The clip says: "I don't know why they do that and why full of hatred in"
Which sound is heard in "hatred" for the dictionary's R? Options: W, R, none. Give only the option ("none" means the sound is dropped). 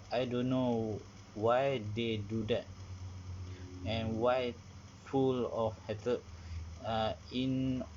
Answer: none